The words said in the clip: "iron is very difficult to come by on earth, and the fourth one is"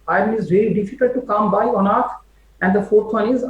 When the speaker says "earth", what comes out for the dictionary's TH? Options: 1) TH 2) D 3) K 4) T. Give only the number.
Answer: 4